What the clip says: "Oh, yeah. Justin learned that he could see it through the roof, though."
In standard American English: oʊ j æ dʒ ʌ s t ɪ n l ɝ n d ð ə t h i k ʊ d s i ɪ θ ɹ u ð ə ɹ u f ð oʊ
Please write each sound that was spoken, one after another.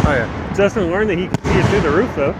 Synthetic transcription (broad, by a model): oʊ j æ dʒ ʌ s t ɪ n l ɝ n ð ə t h i k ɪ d s i ɪ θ u ð ə ɹ u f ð oʊ